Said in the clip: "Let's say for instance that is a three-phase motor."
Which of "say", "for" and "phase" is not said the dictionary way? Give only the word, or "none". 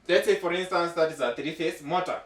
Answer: phase